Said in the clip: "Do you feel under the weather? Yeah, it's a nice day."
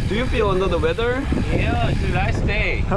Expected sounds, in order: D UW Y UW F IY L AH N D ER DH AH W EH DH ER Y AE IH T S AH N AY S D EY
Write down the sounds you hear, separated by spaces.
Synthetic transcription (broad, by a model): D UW Y UW F IY L AH N D ER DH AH W EH DH ER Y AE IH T AH L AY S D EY